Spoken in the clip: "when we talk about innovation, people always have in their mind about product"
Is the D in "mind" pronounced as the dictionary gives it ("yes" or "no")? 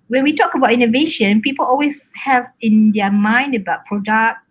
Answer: yes